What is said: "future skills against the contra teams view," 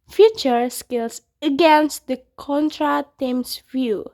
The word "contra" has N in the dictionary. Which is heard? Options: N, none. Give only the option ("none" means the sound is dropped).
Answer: N